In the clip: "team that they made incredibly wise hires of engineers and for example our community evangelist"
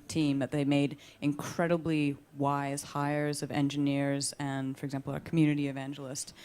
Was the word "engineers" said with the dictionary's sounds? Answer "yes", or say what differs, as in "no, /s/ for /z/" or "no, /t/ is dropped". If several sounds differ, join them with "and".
yes